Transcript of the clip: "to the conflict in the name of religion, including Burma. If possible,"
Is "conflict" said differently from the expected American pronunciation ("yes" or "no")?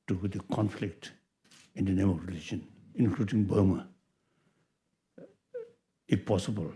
no